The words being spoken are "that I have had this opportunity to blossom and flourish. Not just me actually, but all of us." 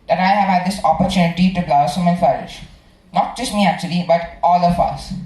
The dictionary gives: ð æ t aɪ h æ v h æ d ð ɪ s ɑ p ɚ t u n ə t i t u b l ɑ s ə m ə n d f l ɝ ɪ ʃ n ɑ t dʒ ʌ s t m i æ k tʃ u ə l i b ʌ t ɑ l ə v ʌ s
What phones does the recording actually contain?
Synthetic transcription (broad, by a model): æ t aɪ h æ v h æ d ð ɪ s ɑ p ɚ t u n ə t i t u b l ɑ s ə m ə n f ɝ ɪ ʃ n ɑ t dʒ ʌ s t m i æ k tʃ u ə l i b ʌ t ɑ l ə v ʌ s